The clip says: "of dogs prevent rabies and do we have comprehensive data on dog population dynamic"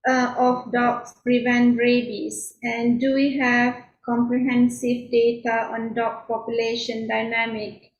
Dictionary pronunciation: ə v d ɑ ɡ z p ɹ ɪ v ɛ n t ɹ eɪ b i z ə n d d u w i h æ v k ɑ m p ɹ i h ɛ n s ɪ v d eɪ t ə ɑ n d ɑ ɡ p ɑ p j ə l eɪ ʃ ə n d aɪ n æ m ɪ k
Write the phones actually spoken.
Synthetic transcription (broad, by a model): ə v d ɑ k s p ɹ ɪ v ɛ n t ɹ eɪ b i s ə n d d u w i h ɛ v k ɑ m p ɹ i h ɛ n s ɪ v d eɪ t ə ɑ n d ɑ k p ɑ p j ə l eɪ ʃ ə n d aɪ n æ m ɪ k